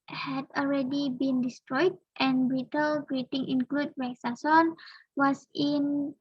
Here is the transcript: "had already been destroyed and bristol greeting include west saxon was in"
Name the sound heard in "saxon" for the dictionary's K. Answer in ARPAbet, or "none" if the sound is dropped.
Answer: none